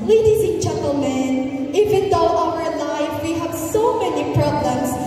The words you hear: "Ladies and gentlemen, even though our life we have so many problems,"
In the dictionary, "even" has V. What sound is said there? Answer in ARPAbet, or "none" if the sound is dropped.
W